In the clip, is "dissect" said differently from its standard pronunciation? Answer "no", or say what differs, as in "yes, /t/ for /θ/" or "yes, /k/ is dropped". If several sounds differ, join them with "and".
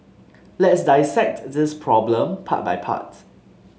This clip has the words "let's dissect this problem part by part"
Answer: no